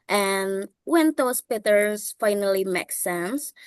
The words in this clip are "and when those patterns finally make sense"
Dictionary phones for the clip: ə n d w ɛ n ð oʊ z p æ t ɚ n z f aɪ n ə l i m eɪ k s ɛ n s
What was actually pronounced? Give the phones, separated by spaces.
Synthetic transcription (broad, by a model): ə n w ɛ n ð oʊ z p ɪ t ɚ z f aɪ n ə l i m eɪ k s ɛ n s